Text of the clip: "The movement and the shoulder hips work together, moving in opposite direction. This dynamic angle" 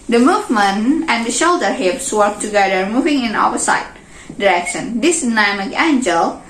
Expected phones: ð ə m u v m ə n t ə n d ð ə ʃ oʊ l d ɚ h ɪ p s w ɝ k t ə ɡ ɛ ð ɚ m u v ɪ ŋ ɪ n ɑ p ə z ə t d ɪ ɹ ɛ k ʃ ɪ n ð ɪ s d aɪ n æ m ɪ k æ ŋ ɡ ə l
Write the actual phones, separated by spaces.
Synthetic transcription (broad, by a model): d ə m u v m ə n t ə n d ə ʃ oʊ l d ɚ h ɪ p s w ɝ k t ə ɡ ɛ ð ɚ m u v ɪ ŋ ɪ n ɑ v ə s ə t d ɪ ɹ ɛ k ʃ ɪ n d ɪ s n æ m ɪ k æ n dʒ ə l